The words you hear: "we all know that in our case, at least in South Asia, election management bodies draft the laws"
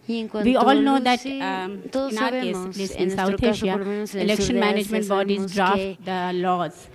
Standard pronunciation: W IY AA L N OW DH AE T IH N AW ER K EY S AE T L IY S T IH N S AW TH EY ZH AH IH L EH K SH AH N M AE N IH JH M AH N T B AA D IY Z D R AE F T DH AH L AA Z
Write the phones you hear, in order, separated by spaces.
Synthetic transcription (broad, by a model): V IY AA L N OW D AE T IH N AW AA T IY AH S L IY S IH N S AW T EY SH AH IH L EH K SH AH N M AE N IH JH M AH N T B AA D IY Z D R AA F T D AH L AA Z